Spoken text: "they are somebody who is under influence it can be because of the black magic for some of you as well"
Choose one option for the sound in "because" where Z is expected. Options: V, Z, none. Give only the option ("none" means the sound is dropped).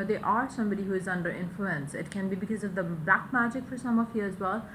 Z